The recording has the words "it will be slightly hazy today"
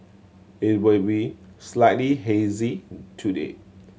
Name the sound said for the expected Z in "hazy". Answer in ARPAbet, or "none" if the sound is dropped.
Z